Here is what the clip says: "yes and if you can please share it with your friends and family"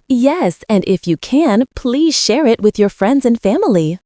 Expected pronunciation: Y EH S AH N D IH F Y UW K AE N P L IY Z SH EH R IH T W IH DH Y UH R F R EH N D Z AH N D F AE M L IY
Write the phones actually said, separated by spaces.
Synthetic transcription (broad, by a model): Y EH S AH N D IH F Y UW K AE N P L IY Z SH EH R IH T W IH DH Y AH R F R EH N D Z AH N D F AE M L IY